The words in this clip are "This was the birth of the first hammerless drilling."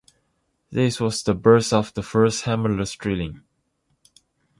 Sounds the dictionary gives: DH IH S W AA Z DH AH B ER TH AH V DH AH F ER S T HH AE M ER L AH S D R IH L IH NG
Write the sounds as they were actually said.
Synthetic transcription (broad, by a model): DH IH S W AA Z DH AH B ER S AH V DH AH F ER S T HH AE M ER L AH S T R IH L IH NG